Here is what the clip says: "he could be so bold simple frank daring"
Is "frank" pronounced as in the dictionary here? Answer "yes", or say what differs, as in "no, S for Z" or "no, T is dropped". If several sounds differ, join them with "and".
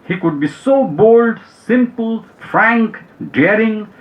yes